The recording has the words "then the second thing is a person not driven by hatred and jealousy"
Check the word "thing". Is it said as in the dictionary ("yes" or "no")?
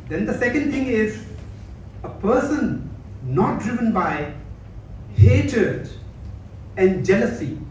no